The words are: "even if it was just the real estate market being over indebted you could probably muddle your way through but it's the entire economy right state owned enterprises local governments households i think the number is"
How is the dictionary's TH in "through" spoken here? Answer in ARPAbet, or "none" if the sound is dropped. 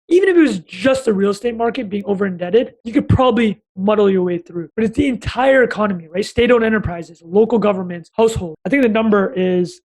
TH